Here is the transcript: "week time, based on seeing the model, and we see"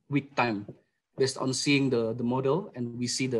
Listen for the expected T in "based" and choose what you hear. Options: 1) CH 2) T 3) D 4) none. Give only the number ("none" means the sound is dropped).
2